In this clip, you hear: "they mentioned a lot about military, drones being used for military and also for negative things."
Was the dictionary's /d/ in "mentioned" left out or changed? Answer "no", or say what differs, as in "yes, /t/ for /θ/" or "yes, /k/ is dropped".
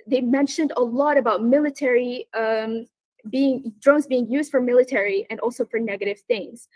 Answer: no